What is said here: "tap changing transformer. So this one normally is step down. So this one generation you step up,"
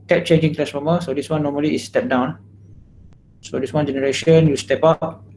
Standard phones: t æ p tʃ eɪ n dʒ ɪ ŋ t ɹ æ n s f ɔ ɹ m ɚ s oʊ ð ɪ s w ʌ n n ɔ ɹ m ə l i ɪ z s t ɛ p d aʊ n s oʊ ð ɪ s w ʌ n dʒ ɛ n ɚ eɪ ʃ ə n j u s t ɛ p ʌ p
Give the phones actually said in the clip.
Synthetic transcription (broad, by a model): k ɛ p tʃ eɪ n dʒ ɪ ŋ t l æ s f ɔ m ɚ s oʊ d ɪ s w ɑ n n ɔ m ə l i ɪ s t ɛ p d aʊ n s oʊ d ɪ s w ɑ n dʒ ɛ n ɚ eɪ ʃ ə n j u s t ɛ p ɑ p